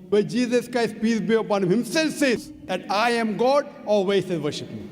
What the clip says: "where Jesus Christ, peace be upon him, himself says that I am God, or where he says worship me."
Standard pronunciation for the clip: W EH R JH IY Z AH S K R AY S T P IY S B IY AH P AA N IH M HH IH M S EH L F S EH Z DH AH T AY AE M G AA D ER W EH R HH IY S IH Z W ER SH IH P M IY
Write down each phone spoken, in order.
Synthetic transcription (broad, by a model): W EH JH IY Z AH S K R AY S T P IY S B IY AH P AA N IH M HH IH M S EH L F S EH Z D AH T AY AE M G AA D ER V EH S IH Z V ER SH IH P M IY